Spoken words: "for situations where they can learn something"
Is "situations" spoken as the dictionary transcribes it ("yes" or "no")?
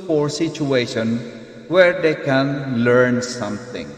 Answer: no